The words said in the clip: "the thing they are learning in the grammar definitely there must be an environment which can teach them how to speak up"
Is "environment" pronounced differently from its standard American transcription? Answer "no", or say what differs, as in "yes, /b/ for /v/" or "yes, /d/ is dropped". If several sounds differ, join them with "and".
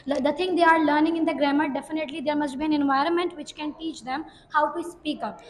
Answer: no